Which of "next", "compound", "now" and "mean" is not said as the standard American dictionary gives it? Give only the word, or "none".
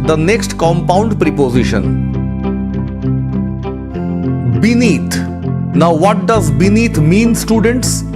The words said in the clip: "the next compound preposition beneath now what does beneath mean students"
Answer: none